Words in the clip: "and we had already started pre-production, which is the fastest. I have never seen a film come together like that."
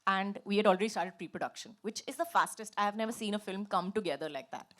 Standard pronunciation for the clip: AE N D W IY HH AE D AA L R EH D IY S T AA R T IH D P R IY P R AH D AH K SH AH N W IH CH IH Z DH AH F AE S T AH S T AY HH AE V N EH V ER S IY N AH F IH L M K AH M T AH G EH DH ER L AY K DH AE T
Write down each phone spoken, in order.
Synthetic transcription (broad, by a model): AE N D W IY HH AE D AA L R EH D IY S T AA R T IH D P R IY P R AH D AH K SH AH N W IH CH IH Z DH AH F AE S T AH S T AY HH AE V N EH V ER S IY N AH F IH L M K AH M T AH G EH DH ER L AY K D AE T